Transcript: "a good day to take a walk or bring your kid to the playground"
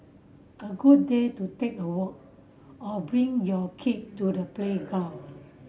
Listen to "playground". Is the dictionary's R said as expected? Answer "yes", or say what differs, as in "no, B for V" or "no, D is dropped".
no, R is dropped